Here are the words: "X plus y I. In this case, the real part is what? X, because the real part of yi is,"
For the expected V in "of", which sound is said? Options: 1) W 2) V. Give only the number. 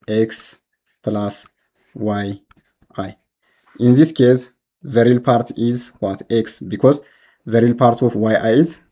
1